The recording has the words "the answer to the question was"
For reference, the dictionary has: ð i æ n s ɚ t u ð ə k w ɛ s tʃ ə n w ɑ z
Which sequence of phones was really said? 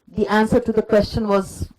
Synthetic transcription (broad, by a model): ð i æ n s ɚ t u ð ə k w ɛ s tʃ ə n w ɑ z